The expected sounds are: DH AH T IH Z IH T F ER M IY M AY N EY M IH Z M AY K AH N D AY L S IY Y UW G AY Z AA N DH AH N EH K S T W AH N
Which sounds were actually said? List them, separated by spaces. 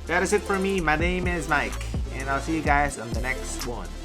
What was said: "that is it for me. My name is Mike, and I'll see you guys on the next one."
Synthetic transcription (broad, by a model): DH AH T IH Z IH T F ER M IY M AY N EY M IH Z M AY K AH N AY L S IY Y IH G AY Z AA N DH AH N EH K S T W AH N